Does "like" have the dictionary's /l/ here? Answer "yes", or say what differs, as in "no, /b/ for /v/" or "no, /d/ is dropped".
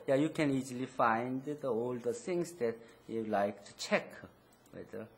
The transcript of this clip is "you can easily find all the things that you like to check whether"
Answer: yes